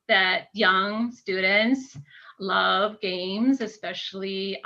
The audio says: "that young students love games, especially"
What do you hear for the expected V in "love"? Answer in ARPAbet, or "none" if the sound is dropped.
V